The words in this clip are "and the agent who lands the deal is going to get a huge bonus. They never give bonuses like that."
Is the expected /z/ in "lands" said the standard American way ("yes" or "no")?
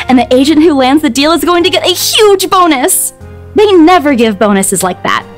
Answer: yes